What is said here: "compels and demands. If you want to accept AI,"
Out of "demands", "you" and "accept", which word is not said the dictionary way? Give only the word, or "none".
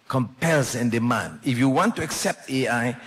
demands